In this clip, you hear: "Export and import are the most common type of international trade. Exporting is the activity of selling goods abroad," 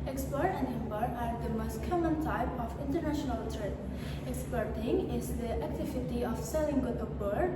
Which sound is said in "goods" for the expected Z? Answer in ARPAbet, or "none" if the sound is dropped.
none